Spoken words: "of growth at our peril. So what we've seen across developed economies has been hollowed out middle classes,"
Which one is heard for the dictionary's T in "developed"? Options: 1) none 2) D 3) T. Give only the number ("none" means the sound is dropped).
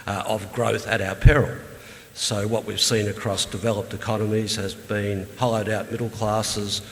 3